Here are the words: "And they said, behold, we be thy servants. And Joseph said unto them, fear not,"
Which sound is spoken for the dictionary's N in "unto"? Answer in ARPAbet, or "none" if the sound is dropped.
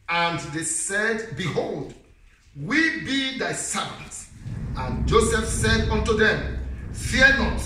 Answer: N